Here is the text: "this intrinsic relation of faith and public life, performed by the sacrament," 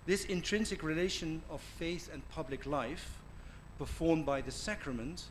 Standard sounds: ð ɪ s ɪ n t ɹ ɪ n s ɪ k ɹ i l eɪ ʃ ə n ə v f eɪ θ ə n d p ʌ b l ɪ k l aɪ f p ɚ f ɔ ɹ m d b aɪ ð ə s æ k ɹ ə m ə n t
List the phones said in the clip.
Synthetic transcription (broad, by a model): ð ɪ s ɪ n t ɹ ɪ n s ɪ k ɹ i l eɪ ʃ ə n ə v f eɪ θ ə n p ʌ b l ɪ k l aɪ f p ɚ f ɔ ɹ m b aɪ ð ə s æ k ɹ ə m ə n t